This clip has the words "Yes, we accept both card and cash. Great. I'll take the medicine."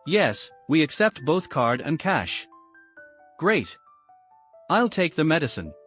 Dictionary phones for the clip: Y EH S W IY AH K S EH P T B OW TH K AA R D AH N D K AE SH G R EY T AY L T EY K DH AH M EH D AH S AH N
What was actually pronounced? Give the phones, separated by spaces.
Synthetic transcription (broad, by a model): Y EH S W IY AH K S EH P T B OW TH K AA R D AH N K AE SH G R EY T AY L T EY K DH AH M EH D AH S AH N